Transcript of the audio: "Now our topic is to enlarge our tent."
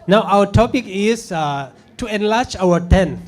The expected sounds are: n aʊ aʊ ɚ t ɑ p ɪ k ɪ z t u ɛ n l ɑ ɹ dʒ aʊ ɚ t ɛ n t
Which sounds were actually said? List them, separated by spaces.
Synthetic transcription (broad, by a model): n aʊ aʊ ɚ t ɑ p ɪ k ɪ s t u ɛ n l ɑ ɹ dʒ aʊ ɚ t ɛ n